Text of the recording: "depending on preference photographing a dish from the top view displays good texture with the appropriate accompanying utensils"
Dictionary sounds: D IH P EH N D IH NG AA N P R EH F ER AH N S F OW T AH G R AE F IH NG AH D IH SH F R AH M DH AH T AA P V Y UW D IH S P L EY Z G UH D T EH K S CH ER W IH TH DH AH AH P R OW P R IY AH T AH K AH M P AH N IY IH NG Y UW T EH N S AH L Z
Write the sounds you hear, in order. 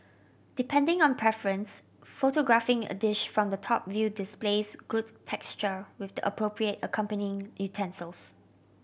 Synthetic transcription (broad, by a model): D IH P EH N D IH NG AA N P R EH F ER AH N S F OW T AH G R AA F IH NG AH D IH SH F R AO M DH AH T AA P V Y UW D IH S P L EY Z G UH D T EH K S CH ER W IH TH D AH AH P R OW P R IY AH T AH K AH M P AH N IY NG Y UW T EH N S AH L S